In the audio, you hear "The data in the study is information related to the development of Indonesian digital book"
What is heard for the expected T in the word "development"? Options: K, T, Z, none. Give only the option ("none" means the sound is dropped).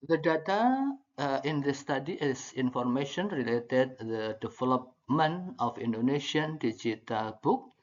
none